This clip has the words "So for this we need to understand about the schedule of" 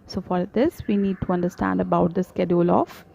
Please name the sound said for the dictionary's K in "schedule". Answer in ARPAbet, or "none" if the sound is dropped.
K